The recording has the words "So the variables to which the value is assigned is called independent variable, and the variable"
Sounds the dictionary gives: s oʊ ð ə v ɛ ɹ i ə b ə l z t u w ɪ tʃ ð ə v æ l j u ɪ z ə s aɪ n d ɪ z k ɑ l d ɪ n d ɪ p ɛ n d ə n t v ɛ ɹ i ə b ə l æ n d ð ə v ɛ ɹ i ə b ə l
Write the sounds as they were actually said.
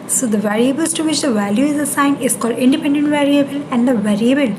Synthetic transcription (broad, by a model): s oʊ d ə v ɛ ɹ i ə b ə l s t u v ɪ tʃ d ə v æ l j u ɪ z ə s aɪ n ɪ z k ɑ l d ɪ n d ɪ p ɛ n d ə n t v ɛ ɹ i ə b ə l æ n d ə v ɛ ɹ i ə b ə l